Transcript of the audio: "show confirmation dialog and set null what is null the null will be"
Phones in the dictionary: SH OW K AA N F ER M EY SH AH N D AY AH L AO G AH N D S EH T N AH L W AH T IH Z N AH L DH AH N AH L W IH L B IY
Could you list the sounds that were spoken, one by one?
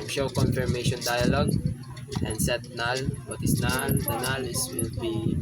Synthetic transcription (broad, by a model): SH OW K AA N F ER M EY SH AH N D AY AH L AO G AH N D S EH T N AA L W AH T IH S N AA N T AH N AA L W IH L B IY